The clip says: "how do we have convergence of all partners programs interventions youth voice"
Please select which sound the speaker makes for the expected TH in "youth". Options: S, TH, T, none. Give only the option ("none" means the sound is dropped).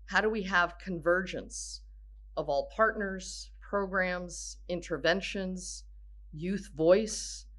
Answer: TH